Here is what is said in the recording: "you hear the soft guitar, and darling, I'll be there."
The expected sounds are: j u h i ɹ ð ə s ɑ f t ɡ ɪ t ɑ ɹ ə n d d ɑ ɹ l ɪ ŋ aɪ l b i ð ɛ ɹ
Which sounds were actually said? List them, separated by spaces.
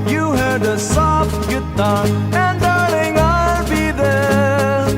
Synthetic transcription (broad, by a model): j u h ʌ ɹ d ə s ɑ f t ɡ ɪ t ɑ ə n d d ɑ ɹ n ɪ ŋ aɪ l b i ð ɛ ɹ